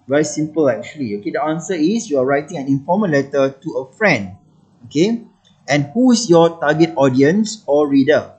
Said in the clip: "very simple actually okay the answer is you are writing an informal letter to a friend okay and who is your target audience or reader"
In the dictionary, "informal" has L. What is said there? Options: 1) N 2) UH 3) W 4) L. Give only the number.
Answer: 1